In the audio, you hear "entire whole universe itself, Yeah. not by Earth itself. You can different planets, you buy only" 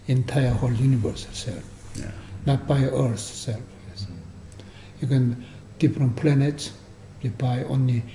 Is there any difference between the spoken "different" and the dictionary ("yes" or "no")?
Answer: yes